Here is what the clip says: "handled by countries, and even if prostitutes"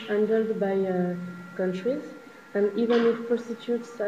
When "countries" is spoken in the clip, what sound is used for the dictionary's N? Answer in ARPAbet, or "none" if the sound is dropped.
N